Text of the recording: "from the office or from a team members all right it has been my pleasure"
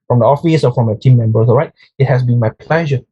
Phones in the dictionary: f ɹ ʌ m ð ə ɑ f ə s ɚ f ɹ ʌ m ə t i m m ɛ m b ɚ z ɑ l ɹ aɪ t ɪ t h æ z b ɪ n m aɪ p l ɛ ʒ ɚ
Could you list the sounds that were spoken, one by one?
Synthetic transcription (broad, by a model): f ɹ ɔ m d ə ɑ f ə s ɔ f ɹ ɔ m ə t i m m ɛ m b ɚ s ɑ l ɹ aɪ t ɪ t h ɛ s b ɪ n m aɪ p l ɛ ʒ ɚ